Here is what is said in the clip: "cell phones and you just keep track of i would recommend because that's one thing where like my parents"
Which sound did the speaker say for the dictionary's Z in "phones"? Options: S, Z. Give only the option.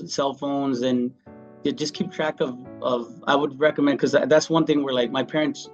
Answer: Z